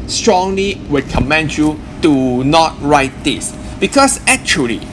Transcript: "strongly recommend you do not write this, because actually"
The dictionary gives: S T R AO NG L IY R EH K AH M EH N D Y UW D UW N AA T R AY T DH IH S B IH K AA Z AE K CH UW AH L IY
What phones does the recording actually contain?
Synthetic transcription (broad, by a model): S T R AO NG L IY W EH K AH M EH N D Y UW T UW N AA T R AY T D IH S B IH K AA S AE K CH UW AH L IY